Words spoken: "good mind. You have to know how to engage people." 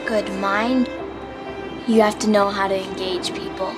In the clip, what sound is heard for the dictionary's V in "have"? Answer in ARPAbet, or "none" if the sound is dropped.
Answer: F